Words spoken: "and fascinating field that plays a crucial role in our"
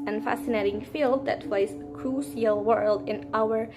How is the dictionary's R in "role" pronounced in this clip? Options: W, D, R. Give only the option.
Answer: W